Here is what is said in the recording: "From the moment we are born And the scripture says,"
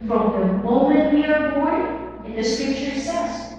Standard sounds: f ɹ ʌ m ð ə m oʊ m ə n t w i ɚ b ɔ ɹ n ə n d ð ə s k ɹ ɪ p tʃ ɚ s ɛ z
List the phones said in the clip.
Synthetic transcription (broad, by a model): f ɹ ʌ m ð ə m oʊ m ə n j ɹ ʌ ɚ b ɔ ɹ ə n ð ə s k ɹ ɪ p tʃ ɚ s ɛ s